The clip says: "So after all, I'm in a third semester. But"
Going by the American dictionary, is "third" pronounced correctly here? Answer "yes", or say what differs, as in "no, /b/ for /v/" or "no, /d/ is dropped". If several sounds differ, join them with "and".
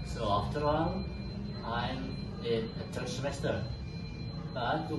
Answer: no, /t/ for /θ/